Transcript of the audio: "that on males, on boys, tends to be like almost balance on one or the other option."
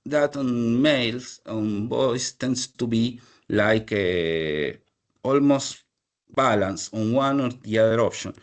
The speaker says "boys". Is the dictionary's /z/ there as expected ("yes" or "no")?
no